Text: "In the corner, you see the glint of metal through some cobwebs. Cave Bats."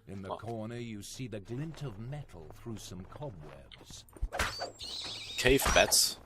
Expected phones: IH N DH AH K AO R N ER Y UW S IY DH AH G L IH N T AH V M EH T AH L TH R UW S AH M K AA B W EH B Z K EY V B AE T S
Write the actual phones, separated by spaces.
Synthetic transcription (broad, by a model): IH N DH AH K AO R N ER Y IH S IY DH AH G L IH N T AH V M EH T L TH R UW S AH M K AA B W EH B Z K EY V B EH T S